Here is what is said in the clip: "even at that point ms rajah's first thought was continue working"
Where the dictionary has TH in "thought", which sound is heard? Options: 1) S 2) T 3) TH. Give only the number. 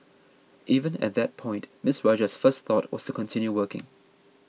3